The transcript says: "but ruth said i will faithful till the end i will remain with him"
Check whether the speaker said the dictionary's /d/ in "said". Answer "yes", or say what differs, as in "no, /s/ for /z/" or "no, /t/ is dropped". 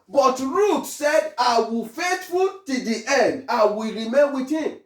yes